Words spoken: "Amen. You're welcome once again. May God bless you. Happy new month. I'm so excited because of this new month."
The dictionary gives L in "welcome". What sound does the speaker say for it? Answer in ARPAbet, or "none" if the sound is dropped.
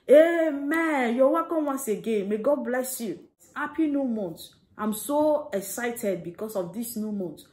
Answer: none